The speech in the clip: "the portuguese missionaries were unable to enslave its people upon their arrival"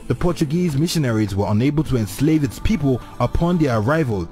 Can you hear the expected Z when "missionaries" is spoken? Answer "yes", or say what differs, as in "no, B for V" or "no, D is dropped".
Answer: yes